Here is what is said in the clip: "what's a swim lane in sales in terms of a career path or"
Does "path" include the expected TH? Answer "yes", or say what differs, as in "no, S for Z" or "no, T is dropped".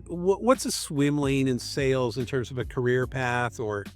yes